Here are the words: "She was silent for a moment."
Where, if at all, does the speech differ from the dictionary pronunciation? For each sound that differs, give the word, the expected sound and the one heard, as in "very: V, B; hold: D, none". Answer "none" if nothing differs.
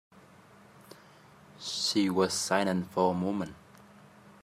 silent: L, N